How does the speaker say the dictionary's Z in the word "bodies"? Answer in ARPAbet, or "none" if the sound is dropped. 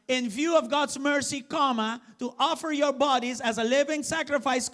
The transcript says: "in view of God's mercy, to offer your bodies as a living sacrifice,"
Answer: Z